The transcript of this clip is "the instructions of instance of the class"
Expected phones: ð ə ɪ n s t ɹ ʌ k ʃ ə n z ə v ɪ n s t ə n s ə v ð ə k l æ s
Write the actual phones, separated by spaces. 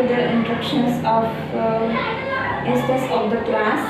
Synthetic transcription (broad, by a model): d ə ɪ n t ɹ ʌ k ʃ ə n s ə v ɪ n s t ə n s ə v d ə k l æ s